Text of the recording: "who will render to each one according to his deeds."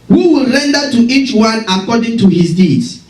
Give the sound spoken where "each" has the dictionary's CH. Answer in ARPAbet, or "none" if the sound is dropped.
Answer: CH